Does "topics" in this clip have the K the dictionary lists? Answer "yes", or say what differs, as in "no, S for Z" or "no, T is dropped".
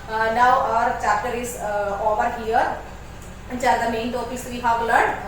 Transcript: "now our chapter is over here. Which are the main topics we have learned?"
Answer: no, K is dropped